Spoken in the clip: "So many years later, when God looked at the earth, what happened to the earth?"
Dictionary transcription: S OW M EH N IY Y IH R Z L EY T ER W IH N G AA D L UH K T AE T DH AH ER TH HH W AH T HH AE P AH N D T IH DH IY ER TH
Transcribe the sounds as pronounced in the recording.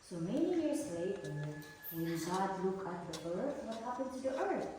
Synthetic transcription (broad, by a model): S OW M EH N IY Y IH R Z L EY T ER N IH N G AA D L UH K AH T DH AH ER TH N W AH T HH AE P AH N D T IH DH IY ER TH